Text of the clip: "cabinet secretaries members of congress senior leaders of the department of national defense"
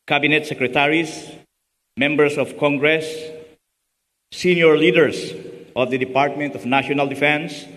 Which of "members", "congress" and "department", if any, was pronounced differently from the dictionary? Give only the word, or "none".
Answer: members